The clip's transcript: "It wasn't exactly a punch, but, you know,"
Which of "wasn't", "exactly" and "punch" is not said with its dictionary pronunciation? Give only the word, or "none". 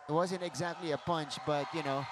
none